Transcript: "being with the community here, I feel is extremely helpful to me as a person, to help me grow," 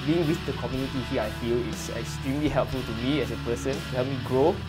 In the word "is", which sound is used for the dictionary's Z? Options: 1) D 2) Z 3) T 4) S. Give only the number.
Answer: 4